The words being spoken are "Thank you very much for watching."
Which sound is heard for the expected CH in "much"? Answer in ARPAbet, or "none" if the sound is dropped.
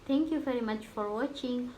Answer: CH